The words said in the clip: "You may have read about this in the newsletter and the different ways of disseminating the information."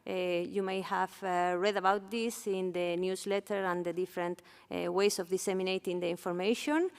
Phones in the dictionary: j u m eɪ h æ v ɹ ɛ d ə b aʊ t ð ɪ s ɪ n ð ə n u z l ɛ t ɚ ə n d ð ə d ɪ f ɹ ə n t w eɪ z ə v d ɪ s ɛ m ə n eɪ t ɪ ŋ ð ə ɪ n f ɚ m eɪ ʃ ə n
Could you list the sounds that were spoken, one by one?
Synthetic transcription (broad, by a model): j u m eɪ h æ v ɹ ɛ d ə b aʊ t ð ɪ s ɪ n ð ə n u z l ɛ t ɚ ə n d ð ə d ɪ f ɹ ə n t w eɪ s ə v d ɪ s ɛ m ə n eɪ t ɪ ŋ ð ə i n f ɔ m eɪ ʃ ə n